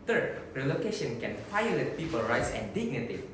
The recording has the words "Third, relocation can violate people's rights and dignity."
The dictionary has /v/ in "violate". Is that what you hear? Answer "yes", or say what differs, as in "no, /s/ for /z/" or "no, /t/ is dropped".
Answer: no, /f/ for /v/